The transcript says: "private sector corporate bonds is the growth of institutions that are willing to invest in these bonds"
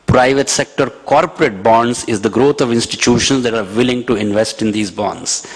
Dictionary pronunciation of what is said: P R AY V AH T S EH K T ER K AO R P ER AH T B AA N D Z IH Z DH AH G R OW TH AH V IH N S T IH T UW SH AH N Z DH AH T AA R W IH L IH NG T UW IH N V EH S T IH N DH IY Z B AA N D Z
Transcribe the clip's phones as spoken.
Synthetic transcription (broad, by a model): P R AY V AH T S EH K T ER K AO R P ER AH T B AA N D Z IH Z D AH G R OW T AH V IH N S T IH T UW SH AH N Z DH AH T AA R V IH L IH NG T UW IH N V EH S T IH N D IY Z B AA N D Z